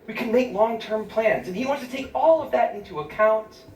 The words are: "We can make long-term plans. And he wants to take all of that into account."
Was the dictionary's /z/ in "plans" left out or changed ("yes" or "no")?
no